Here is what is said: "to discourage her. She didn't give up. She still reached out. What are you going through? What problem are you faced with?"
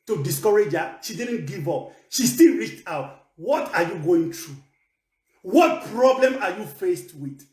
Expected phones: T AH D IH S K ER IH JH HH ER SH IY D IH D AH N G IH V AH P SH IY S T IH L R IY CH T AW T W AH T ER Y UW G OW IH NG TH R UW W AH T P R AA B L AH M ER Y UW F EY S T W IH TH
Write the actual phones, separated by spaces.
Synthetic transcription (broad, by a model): T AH D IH S K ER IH JH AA SH IY D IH D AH N G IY V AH P SH IY S T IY L R IY CH T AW T W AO T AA Y UW G OW IH NG T R UW W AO T P R AA B L AH M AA Y UW F EY S T W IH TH